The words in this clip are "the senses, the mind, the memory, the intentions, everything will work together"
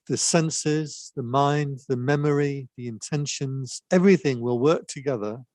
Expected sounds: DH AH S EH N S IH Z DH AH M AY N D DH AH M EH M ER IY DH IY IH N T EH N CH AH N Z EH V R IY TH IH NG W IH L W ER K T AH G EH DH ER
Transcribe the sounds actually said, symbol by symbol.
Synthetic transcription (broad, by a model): DH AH S EH N S IH Z DH AH M AY N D DH AH M EH M ER IY DH IY IH N T EH N SH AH N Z EH V R IY TH IH NG W IH L W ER K T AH G EH DH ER